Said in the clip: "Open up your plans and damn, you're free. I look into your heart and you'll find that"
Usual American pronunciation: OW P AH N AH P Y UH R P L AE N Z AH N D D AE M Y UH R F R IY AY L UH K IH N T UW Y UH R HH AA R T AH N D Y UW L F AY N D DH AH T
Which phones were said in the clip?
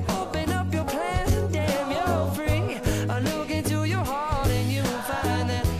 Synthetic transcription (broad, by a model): OW P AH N AH P Y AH R P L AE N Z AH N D D AE M Y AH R F R IY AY L UH K IH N T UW Y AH R HH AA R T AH N Y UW N F AY N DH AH T